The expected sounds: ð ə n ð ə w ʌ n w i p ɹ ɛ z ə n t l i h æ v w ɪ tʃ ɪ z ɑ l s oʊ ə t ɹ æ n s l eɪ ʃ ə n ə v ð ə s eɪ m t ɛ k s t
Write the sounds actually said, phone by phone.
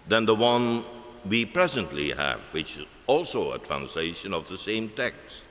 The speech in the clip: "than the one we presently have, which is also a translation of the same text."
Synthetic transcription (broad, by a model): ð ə n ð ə w ʌ n w i p ɹ ɛ z ə n t l i h æ v w ɪ tʃ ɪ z ɑ l s oʊ ə t ɹ æ n s l eɪ ʃ ə n ə v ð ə s eɪ m t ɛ k s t